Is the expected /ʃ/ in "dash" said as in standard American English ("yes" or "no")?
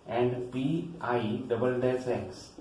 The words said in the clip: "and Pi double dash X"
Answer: no